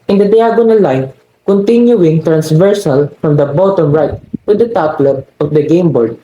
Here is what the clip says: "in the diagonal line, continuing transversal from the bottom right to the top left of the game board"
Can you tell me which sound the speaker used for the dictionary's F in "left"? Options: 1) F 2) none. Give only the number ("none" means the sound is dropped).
2